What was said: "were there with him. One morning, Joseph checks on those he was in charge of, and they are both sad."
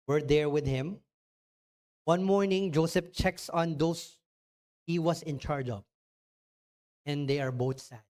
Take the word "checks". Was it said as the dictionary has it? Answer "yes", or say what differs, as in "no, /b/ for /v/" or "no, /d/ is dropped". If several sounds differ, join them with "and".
yes